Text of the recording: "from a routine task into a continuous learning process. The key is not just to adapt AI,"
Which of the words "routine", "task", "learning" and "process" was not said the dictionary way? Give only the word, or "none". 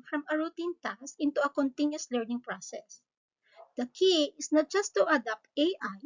task